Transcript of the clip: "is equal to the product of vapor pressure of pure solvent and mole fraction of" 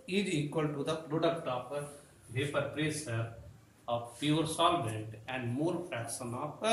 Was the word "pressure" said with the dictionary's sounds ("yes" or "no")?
no